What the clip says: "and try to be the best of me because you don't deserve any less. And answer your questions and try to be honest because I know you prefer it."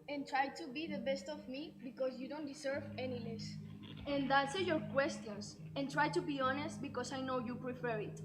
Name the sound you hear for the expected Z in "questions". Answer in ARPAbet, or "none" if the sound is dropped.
S